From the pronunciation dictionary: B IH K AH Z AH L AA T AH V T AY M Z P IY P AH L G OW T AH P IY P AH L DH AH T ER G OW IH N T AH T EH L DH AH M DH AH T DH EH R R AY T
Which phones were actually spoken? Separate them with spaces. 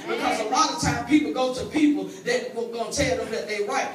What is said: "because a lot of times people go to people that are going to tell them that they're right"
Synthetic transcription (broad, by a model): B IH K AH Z AH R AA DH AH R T AY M P IY P L G OW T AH P IY P L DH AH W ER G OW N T T EH L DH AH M DH AH T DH EH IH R AY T